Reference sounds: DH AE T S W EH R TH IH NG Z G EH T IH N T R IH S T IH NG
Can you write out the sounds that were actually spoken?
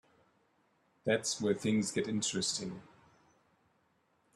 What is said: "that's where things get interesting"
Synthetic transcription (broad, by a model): DH AE T S W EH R TH IH NG Z G EH T IH N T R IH S T IH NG